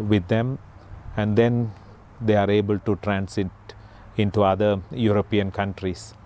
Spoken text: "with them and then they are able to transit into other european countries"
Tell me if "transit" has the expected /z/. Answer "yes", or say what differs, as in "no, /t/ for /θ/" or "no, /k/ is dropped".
no, /s/ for /z/